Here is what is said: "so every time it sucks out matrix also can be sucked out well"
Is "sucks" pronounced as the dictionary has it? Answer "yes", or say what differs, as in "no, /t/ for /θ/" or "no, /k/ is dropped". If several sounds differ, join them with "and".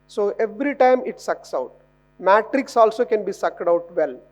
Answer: yes